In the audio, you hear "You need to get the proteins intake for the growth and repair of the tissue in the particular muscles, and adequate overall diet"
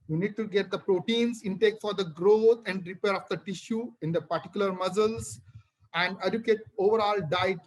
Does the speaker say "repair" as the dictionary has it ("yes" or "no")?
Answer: yes